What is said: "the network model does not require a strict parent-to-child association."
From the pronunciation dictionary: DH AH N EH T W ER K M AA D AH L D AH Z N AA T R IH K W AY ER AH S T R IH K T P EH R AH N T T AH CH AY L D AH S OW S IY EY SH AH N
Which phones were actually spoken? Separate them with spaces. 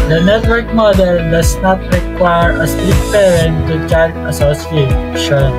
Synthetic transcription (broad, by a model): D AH N EH T W ER K M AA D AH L D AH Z N AA T R IH K W AY ER AH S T IH T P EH R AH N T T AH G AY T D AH S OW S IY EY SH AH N